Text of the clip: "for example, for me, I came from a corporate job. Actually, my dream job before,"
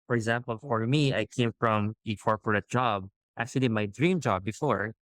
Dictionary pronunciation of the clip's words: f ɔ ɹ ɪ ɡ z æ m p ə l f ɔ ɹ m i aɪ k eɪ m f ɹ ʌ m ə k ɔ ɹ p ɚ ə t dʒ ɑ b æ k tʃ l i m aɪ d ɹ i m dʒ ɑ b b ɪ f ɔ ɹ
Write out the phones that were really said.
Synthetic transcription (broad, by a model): f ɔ ɹ ɪ ɡ z æ m p ə l f ɔ ɹ m i aɪ k eɪ m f ɹ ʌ m ə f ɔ ɹ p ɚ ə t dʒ ɑ b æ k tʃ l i m aɪ d ɹ i m dʒ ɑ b b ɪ f ɔ ɹ